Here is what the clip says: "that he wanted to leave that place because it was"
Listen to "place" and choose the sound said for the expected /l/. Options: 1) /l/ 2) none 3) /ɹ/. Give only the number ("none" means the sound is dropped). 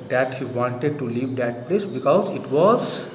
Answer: 1